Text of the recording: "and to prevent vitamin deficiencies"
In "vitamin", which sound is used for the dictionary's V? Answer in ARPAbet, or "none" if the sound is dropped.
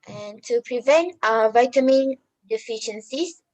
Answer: V